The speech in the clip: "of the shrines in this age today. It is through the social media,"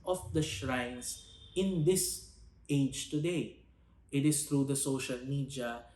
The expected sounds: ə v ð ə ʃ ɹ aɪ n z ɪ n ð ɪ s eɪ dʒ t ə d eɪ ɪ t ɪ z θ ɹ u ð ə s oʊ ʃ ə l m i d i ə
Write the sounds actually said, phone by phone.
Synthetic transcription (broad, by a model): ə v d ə ʃ ɹ aɪ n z ɪ n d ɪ s eɪ dʒ t ə d eɪ ɪ t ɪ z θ ɹ u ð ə s oʊ ʃ ə l m i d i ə